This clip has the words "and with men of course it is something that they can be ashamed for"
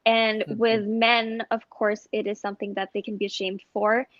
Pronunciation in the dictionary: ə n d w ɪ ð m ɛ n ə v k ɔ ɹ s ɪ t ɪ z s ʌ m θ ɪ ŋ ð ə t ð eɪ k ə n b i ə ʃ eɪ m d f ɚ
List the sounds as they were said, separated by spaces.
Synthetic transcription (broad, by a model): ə n w ɪ ð m ɛ n ə v k ɔ ɹ s ɪ t ɪ z s ʌ m θ ɪ ŋ ð ə t ð eɪ k n b i ə ʃ eɪ m d f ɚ